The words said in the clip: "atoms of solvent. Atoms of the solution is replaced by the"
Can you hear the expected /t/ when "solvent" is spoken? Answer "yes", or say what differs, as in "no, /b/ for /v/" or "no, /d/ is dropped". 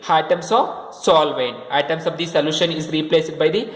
no, /t/ is dropped